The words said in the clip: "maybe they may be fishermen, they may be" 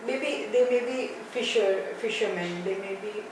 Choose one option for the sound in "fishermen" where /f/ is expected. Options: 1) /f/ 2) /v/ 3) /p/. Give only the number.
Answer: 1